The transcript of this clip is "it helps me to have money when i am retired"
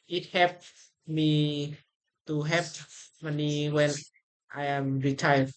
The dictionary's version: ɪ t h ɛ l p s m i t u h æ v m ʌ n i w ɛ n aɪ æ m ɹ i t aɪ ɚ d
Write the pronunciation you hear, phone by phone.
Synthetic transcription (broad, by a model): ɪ t h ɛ p m i t u h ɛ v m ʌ n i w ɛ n aɪ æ m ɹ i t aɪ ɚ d